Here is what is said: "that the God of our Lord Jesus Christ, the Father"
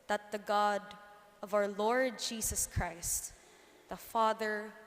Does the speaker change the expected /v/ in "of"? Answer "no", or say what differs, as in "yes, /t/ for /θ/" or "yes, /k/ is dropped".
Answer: no